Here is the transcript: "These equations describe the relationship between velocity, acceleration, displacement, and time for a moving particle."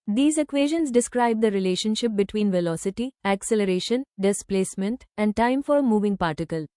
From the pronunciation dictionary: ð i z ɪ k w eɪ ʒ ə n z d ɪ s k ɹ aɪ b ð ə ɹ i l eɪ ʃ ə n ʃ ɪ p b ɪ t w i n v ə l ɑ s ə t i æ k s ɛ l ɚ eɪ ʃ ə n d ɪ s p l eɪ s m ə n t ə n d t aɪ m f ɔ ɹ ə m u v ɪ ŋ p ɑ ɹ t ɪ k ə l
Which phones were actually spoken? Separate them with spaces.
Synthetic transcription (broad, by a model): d i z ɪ k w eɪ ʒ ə n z d ɪ s k ɹ aɪ b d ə ɹ i l eɪ ʃ ə n ʃ ɪ p b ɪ t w i n v ə l ɑ s ə t i æ k s ɛ l ɚ eɪ ʃ ə n d ɪ s p l eɪ s m ə n t ə n d t aɪ m f ɔ ɹ ə m u v ɪ ŋ p ɑ ɹ t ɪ k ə l